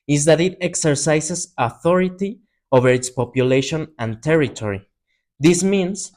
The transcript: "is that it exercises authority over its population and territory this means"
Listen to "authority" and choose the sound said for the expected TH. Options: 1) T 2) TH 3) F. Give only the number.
2